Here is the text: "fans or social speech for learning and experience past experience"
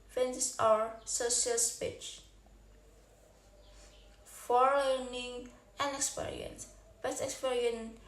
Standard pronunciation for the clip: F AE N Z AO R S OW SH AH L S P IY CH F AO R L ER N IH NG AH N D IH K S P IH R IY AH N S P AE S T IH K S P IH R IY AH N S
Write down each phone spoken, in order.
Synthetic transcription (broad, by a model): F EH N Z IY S S OW SH AH L S P IY CH F AO R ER N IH NG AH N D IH K S P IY R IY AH N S B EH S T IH K S P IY R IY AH N